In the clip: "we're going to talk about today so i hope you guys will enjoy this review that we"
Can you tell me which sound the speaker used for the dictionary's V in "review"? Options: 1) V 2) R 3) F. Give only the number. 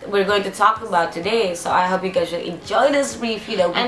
3